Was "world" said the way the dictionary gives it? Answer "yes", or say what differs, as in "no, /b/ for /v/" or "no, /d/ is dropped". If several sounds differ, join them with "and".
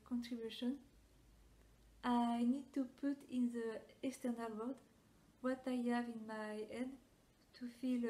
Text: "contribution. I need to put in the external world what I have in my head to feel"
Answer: no, /l/ is dropped